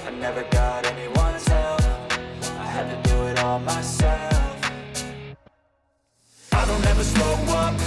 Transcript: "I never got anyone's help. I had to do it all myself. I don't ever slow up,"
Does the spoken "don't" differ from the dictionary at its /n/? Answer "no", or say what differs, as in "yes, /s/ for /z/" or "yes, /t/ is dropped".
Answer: no